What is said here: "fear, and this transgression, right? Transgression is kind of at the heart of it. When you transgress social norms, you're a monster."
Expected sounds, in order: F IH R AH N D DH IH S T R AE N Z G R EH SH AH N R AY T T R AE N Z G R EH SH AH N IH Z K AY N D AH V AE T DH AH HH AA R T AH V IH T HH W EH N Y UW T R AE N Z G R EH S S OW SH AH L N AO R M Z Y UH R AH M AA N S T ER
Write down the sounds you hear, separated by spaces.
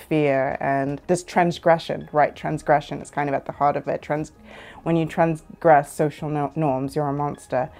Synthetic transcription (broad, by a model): F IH R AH N DH IH S T R AE N Z G R EH SH AH N R AY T T R AE N Z G R EH SH AH N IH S K AY N D AH V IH T DH AH HH AA R T AH V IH T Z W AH N Y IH T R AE N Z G R EH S S OW SH L N AO R M Z Y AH R AH M AA N S T ER